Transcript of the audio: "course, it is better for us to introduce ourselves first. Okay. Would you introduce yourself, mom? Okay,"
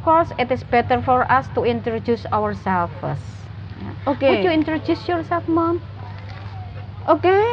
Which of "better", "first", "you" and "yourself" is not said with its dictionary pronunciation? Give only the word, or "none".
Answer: first